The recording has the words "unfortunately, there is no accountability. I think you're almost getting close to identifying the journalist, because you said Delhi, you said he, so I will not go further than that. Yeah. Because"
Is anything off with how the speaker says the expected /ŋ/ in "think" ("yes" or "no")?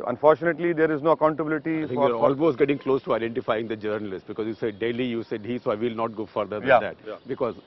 yes